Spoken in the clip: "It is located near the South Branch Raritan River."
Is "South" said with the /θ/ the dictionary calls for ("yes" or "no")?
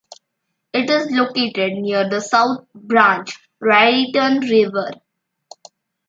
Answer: no